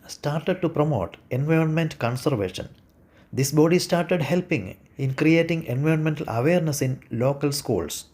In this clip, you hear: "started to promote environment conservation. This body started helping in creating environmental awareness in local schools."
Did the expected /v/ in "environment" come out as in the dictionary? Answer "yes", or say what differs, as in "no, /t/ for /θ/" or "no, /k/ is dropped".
yes